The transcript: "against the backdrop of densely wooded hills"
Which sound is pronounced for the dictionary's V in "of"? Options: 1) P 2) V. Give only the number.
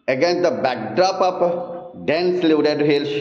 1